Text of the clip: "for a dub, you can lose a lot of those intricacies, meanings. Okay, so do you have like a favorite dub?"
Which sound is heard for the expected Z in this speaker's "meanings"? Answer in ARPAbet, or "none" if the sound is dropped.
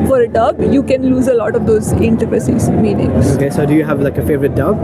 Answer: none